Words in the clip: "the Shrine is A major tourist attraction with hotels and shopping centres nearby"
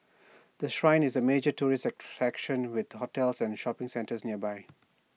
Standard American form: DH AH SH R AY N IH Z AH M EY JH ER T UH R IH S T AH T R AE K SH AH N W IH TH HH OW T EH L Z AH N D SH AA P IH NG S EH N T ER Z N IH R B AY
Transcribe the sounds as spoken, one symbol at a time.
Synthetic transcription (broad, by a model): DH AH SH R AY N IH Z AH M EY JH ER T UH R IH S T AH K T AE K SH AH N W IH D HH OW T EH L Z AH N D SH AA P IH NG S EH N T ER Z N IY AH B AY